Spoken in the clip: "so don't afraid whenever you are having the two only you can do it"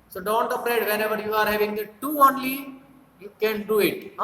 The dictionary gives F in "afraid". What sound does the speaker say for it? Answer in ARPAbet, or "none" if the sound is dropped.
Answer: P